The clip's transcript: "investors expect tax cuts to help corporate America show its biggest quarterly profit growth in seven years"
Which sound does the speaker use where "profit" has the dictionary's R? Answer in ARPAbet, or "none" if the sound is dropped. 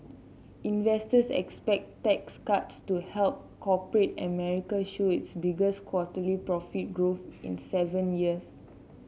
R